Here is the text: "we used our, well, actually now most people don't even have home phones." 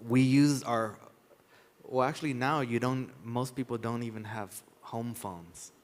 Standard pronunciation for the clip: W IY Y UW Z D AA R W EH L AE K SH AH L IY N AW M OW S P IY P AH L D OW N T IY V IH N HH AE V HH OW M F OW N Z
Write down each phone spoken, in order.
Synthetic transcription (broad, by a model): W IY Y UW Z AA R W EH L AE K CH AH L IY N AW M OW S P IY P L D OW N T IY V IH N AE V HH OW M F OW N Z